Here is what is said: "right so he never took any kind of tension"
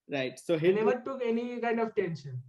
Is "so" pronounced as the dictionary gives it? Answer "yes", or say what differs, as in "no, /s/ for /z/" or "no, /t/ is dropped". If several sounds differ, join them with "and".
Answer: yes